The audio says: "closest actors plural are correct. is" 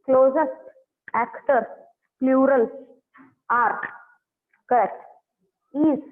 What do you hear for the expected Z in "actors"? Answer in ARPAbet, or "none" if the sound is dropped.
none